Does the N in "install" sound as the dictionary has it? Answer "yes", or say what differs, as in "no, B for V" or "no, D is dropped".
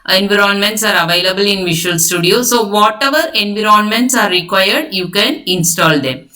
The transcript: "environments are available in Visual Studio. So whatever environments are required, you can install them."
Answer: yes